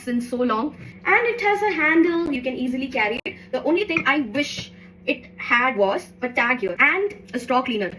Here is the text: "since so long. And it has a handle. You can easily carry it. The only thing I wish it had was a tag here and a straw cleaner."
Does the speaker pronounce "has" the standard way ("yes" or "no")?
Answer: yes